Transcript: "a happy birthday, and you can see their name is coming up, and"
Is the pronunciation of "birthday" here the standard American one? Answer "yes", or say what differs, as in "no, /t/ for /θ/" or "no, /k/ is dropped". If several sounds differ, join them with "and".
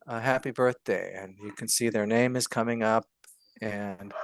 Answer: yes